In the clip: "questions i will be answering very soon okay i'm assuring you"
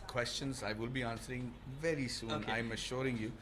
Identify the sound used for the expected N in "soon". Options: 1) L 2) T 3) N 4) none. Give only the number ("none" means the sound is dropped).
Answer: 4